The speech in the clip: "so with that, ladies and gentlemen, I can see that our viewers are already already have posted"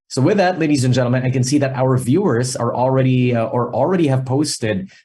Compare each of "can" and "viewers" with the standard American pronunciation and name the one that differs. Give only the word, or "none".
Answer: none